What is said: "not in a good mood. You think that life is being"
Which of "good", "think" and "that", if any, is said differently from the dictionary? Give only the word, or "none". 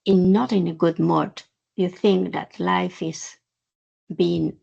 none